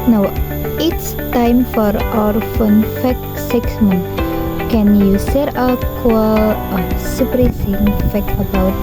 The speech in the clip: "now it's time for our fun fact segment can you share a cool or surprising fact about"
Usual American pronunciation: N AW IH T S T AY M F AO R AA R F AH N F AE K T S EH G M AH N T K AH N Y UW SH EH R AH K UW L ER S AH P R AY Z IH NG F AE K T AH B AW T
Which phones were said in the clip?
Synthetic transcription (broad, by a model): N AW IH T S T AY M F AO R AA R F AH N F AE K S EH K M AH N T K AH N Y UW S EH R AH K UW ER S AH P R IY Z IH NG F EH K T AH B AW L